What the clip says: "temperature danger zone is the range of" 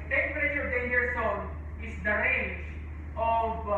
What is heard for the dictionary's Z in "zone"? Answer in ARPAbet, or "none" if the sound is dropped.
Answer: S